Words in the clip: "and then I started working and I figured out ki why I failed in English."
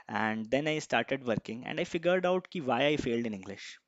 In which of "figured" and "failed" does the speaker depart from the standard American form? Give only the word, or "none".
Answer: none